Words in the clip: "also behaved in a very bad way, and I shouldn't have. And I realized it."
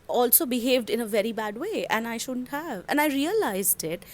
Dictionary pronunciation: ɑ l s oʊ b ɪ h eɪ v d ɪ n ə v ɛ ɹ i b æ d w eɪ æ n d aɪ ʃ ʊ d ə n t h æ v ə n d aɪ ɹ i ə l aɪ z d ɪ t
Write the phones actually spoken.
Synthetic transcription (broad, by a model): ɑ l s oʊ b ɪ h eɪ v d ɪ n ə v ɛ ɹ i b æ d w eɪ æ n aɪ ʃ ʊ d ə n t h æ v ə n aɪ ɹ i ə l aɪ z d ɪ t